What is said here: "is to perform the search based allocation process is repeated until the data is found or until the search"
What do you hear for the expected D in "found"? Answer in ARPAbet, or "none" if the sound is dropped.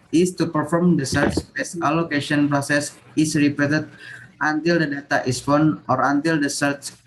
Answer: none